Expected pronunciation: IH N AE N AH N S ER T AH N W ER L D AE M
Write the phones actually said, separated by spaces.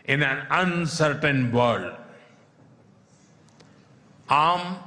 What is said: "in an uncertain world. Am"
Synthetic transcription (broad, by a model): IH N AE N AH N S ER T AH N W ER D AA M